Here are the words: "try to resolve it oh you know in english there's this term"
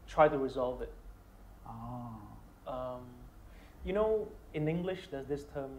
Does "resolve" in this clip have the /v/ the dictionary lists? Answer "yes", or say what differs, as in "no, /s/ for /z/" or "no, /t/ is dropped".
yes